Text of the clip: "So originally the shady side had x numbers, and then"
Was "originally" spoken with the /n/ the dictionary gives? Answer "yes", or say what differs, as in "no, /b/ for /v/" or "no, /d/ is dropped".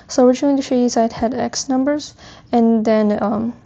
no, /n/ is dropped